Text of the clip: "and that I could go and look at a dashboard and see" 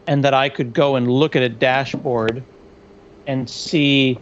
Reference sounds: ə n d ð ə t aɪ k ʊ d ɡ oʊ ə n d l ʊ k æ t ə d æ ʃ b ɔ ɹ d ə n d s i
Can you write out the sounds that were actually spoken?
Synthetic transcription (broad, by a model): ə n ð ə t aɪ k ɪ d ɡ oʊ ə n l ʊ k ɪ t ə d æ ʃ b ɔ ɹ d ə n s i